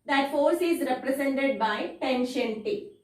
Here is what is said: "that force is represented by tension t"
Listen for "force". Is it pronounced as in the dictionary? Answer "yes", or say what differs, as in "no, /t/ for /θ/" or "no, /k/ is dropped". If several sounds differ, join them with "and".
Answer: yes